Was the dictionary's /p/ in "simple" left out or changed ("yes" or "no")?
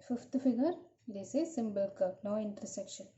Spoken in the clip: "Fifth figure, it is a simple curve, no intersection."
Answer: yes